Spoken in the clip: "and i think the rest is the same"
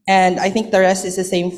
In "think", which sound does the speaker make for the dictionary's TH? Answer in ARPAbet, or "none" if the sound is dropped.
TH